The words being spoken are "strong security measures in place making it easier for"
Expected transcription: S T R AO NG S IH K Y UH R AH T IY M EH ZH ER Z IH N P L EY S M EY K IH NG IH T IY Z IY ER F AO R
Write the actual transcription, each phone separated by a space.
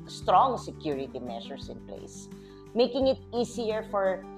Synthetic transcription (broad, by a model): S T R AO NG S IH K Y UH R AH T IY M EH SH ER S IH N P L EY S M EY K IH NG IH T IY S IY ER F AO R